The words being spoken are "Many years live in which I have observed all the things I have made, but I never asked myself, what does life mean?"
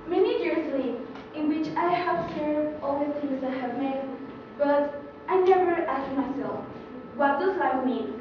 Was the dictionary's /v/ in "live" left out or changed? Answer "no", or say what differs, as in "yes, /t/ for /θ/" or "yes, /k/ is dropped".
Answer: yes, /v/ is dropped